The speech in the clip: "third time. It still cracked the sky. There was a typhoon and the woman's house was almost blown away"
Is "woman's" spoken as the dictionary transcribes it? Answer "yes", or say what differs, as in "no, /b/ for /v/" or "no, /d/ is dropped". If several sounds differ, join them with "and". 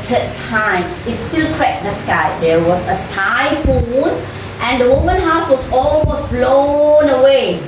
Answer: no, /z/ is dropped